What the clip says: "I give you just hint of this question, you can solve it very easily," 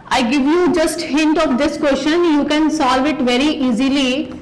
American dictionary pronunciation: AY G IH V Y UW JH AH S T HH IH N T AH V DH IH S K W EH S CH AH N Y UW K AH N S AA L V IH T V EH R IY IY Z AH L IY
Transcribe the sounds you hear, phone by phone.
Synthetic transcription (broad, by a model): AY G IH V Y UW JH AH S T HH IH N T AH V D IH S K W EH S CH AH N Y UW K AH N S AA L V IH T V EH R IY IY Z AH L IY